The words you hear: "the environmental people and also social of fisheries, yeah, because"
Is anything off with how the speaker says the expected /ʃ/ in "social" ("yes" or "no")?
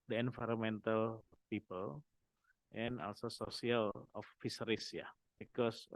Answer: yes